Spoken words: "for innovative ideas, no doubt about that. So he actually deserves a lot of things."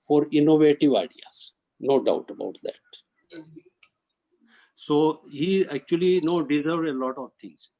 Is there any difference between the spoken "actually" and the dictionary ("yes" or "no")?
yes